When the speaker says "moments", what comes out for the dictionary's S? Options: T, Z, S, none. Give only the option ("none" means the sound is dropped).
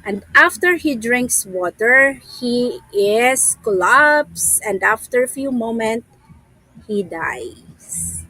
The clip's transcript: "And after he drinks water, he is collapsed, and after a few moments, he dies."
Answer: none